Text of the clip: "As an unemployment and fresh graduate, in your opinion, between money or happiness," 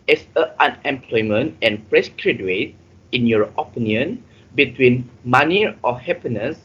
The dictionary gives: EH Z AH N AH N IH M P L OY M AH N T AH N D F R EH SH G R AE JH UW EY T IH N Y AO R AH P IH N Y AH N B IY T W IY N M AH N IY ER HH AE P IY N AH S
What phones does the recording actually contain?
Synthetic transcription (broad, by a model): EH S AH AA N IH M P L OY M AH N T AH N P R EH S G R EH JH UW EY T IH N Y AO R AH P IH N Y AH N B IY T W IY N M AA N IY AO HH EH P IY N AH S